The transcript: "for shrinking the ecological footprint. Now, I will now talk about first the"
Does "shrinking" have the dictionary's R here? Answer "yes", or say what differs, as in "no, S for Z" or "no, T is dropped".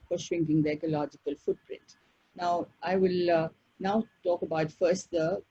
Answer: no, W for R